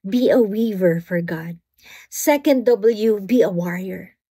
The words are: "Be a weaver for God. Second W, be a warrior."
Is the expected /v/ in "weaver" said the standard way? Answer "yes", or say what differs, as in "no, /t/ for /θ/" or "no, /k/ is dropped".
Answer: yes